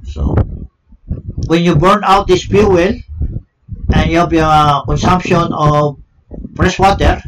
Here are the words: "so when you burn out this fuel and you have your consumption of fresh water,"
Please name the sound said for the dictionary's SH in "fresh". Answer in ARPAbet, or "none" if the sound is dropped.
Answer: S